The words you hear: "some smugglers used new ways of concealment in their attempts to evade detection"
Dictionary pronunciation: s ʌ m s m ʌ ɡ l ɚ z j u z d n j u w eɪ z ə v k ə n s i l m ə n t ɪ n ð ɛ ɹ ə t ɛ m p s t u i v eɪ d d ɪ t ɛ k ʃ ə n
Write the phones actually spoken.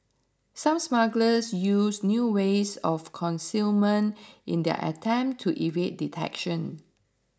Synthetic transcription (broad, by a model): s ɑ m s m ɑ ɡ l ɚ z j u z n j u w eɪ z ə f k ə n s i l m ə n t ɪ n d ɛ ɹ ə t ɛ m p t u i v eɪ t d ɪ t ɛ k ʃ ə n